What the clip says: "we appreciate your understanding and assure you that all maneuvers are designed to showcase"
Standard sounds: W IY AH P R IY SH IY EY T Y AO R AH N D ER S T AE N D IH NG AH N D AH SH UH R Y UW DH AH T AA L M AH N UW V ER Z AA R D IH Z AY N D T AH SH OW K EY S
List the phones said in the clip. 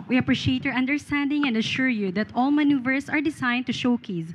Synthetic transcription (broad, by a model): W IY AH P R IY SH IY EY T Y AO R AH N D ER S T AE N D IH NG AH N D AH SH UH R Y UW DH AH T AA L M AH N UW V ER S AA R D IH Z AY N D T AH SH OW K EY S